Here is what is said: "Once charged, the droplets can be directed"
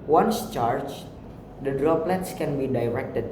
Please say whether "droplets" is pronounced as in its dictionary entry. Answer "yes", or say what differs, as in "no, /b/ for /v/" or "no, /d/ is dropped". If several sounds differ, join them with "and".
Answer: yes